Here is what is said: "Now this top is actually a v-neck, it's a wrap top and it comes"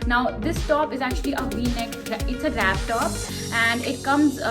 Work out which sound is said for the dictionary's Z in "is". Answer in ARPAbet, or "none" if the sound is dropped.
Z